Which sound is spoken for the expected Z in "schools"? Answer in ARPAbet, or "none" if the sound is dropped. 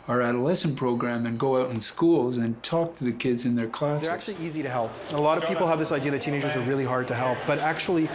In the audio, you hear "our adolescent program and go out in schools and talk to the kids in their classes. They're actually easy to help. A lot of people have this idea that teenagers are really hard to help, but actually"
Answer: Z